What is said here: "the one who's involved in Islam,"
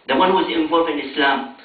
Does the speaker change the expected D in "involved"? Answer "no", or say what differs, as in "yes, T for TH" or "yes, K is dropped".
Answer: yes, D is dropped